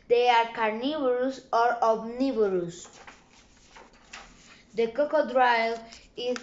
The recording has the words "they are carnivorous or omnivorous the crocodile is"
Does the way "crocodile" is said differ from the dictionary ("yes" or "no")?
yes